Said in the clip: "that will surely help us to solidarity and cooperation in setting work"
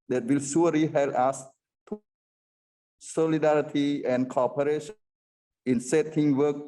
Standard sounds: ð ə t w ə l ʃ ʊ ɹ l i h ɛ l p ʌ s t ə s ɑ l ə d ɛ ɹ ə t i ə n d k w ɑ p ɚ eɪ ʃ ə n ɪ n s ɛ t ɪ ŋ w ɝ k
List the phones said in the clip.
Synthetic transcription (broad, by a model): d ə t w ə l s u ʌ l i h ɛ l ʌ s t s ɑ l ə d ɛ ɹ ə t i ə n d k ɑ p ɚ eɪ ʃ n n ɪ n s ɛ t ɪ ŋ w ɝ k